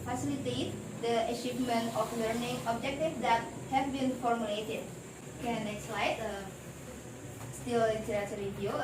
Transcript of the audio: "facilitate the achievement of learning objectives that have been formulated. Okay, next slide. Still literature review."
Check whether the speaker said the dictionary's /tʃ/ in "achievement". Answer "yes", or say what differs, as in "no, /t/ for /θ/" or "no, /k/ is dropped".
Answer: no, /ʃ/ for /tʃ/